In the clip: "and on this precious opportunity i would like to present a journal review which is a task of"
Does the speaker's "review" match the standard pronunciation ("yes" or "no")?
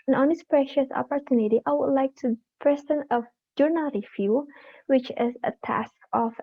no